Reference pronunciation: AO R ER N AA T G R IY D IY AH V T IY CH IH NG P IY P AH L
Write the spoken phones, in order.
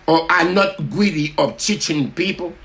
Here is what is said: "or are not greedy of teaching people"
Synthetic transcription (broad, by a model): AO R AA N AA T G W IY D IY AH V T IY CH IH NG P IY P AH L